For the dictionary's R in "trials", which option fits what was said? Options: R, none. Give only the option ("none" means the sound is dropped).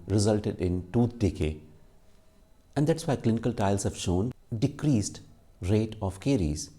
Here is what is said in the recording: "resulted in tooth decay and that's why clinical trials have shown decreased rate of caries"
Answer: none